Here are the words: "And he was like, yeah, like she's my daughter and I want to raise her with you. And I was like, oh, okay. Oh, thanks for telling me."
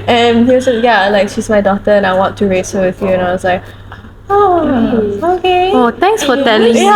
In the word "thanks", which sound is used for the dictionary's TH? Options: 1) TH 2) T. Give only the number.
2